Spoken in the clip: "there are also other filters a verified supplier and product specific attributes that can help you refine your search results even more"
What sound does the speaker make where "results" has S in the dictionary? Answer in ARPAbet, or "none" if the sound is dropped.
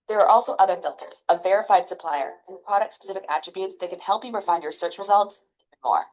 S